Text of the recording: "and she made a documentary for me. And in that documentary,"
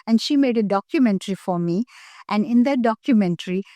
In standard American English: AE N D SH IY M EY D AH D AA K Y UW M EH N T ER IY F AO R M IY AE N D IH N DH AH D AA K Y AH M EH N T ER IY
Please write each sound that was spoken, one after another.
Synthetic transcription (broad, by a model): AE N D SH IY M EY D AH D AA K Y UW M EH N T ER IY F AO R M IY AE N D IH N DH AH D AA K Y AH M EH N T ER IY